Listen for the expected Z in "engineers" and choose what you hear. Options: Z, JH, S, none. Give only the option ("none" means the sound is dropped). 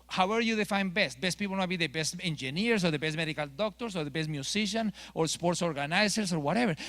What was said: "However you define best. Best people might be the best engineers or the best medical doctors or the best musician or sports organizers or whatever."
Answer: S